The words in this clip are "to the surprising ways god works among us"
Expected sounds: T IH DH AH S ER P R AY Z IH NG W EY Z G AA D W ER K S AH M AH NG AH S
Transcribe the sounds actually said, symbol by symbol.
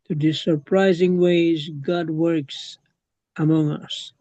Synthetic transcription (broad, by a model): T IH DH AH S ER P R AY Z IH NG W EY Z G AA D W ER K S AH M AH NG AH S